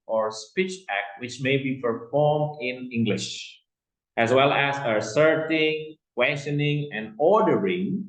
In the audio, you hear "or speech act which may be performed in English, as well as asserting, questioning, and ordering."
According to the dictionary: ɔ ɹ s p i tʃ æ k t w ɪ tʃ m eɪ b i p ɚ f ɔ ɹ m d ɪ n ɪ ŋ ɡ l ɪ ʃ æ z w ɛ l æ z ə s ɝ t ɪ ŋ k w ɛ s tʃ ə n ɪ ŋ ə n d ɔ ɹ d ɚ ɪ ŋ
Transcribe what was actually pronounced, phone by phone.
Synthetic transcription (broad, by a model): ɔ ɹ s p i tʃ æ k t w ɪ tʃ m eɪ b i p ɚ f ɔ ɹ m d ɪ n ɪ ŋ ɡ l ɪ ʃ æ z w ɛ l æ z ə s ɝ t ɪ ŋ k w ɛ s tʃ ə n ɪ ŋ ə n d ɔ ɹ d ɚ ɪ ŋ